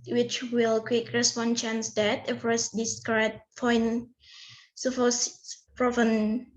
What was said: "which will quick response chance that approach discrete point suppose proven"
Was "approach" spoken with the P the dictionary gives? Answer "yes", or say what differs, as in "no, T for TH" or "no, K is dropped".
no, F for P